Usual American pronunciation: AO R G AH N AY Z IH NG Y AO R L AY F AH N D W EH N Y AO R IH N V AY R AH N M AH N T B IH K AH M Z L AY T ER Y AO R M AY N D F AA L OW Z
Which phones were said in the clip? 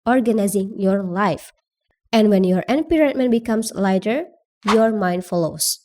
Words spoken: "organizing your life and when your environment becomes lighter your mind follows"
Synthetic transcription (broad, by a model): AO R G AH N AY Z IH NG Y AO R L AY F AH N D W EH N Y AO R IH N P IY R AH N M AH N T B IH K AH M S L AY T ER Y AO R M AY N D F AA L OW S